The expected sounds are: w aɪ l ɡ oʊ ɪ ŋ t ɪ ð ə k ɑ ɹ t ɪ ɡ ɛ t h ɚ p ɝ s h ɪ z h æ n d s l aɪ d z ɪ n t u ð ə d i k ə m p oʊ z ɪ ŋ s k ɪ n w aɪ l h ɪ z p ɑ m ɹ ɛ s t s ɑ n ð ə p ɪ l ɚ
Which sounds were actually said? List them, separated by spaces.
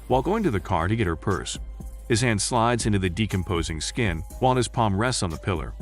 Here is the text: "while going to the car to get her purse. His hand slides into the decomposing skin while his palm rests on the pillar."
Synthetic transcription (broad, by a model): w aɪ l ɡ oʊ ɪ ŋ t ɪ ð ə k ɑ ɹ t ɪ ɡ ɛ t h ɚ p ɝ s h ɪ z h æ n d s l aɪ d z ɪ n t u ð ə d i k ə m p oʊ z ɪ ŋ s k ɪ n w aɪ l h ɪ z p ɑ m ɹ ɛ s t n ð ə p ɪ l ɚ